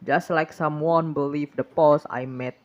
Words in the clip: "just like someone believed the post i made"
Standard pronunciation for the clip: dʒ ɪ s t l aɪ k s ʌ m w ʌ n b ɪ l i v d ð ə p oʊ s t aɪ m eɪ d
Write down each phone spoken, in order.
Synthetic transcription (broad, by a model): dʒ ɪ s t l aɪ k s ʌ m w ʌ n b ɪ l i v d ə p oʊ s aɪ m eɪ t